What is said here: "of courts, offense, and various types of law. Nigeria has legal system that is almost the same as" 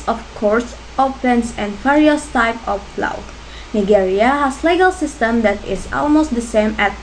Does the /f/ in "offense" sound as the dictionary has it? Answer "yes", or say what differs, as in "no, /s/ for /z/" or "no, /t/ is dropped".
no, /p/ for /f/